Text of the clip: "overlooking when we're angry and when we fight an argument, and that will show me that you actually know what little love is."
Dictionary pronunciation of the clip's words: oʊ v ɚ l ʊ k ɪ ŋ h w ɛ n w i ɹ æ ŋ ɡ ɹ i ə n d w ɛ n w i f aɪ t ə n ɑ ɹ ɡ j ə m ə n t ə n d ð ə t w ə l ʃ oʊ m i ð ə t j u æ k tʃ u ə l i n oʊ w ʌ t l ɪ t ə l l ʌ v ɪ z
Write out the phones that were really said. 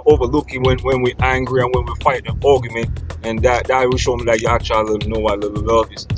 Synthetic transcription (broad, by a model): oʊ v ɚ l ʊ k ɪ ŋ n w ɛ n w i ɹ æ ŋ ɡ ɹ i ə n w ɛ n w i f aɪ t ə n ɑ ɡ j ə m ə n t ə n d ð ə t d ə w ʃ oʊ m i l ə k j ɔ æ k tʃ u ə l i n oʊ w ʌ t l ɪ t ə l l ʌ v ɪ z